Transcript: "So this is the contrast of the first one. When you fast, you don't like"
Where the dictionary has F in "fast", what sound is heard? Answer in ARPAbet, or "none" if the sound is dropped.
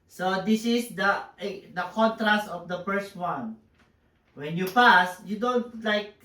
P